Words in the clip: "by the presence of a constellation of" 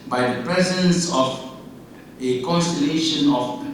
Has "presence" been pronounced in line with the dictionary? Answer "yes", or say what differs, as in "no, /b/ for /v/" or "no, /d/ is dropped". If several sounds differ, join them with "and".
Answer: yes